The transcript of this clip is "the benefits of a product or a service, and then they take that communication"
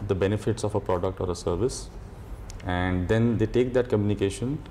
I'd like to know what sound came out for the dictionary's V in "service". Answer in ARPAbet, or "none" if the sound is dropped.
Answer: V